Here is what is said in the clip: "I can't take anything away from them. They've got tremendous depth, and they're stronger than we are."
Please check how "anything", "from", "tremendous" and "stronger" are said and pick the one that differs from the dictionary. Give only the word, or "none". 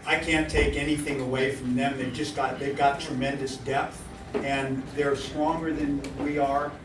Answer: none